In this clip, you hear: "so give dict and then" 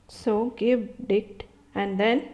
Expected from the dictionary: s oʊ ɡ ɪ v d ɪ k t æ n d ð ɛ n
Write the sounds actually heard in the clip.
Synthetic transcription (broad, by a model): s oʊ ɡ ɪ v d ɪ t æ n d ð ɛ n